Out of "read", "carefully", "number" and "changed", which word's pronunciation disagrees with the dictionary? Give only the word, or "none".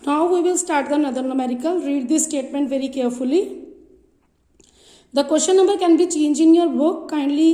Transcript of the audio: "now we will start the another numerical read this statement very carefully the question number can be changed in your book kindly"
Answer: changed